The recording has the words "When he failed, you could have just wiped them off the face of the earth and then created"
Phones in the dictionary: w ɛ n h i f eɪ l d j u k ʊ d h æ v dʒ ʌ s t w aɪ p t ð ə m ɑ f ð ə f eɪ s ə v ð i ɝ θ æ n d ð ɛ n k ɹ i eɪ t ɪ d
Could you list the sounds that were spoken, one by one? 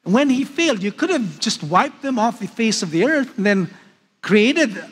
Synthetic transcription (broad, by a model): w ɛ n h i f eɪ l d j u k ʊ d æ v dʒ ʌ s t w aɪ p t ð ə m ɑ f ð ə f eɪ s ə v ð i ɝ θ n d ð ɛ n k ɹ i eɪ t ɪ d